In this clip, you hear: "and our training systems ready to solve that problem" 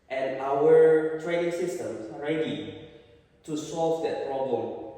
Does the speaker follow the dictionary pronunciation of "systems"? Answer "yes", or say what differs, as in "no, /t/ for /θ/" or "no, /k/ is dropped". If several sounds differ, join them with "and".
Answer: no, /s/ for /z/